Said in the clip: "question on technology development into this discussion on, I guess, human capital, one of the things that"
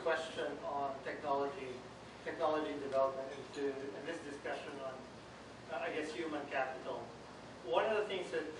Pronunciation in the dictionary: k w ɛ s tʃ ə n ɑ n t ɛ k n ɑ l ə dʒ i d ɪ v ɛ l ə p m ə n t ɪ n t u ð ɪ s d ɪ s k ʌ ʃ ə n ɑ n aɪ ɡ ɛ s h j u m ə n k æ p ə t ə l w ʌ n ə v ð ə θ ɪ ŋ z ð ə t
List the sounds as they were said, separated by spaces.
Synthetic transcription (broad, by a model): k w ɛ s tʃ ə n ɑ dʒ t ɛ k n ɑ l ə dʒ i d ɪ v ɛ l ə p m ə n t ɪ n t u ð ɪ s d ɪ s k ʌ ʃ ə n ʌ n aɪ ɡ ɛ s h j u m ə n k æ p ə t l w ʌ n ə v ð ə θ ɪ ŋ z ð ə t